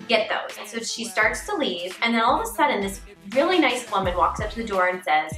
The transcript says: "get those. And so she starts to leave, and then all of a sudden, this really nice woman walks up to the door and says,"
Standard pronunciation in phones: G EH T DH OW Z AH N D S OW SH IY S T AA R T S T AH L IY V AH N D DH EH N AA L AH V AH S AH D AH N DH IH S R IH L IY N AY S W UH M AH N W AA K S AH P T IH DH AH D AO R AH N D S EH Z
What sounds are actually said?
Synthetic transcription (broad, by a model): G EH T DH OW AH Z S OW SH IY S T AA R T S T AH L IY V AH N DH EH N AA L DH AH S AH D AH N DH IH S R IH L IY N AY S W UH M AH N W AA K S AH P T IH DH AH D AO R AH N S EH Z